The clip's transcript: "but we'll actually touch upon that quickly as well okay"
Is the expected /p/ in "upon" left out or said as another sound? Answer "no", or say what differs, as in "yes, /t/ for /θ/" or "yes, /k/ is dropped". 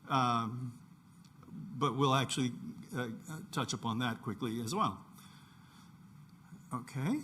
no